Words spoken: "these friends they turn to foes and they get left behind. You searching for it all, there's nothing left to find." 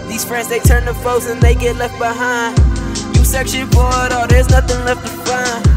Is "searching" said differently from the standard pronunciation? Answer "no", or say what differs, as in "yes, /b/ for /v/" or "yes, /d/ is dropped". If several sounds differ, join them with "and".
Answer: yes, /ʃ/ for /tʃ/